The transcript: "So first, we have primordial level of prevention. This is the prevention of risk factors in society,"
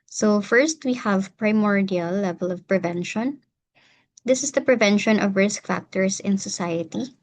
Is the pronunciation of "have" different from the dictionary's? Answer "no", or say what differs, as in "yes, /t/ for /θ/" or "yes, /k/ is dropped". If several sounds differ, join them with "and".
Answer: no